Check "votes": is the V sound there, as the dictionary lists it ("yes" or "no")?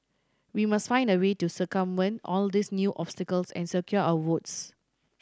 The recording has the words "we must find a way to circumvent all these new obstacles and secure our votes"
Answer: no